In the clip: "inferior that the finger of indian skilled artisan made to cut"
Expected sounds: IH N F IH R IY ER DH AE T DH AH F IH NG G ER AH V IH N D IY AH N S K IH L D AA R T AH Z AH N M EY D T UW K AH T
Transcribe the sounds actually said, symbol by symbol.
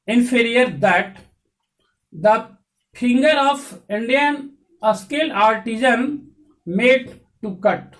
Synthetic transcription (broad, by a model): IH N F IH R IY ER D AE T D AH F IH NG G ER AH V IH N D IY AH N S K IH L AA R T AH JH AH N M EY D T UW K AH T